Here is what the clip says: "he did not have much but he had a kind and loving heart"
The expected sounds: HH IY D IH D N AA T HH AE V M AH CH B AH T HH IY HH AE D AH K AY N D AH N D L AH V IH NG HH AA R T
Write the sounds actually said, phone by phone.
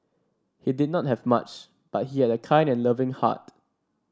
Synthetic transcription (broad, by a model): HH IY D IH D N AA T HH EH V M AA CH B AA T HH IY HH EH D AH K AY N D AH N L AH V IH NG HH AA T